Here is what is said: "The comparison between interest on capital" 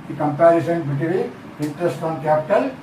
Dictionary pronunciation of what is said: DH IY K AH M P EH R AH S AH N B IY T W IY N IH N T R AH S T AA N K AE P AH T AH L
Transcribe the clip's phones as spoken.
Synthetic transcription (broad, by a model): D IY K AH M P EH R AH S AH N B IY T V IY IH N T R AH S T AA N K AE P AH T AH L